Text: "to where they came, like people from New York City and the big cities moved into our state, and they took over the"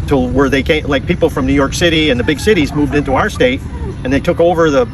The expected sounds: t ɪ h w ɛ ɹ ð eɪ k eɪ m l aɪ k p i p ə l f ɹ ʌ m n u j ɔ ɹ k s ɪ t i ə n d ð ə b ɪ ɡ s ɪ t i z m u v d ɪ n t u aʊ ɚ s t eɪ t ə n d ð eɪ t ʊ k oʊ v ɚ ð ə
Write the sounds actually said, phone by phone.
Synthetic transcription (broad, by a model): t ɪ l w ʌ ɹ ð eɪ k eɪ l aɪ k p i p l f ɹ ʌ m n u j ɔ ɹ k s ɪ t i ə n ð ə b ɪ ɡ s ɪ t i z m u v d ɪ n t u aʊ ɚ s t eɪ t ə n ð eɪ t ʊ k oʊ v ɚ ð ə